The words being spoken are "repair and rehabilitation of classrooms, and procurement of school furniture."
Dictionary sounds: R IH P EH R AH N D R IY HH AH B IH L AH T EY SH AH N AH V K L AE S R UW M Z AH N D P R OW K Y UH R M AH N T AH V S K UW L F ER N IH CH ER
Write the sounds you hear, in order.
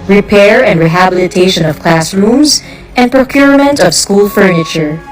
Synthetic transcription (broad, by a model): R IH P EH R AH N D R IY HH AH B IH L AH T EY SH AH N AH V K L AE S R UW M Z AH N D P R OW K Y UH R M AH N T AH V S K UW L F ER N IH CH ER